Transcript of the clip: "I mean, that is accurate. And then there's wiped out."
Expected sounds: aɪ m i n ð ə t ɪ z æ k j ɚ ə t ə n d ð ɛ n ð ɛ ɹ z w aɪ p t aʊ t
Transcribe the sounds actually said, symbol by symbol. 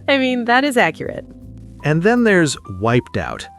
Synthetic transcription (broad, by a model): aɪ m i n ð ə t ɪ z æ k j ɚ ə t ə n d ð ɛ n ð ɛ ɹ z w aɪ p t aʊ t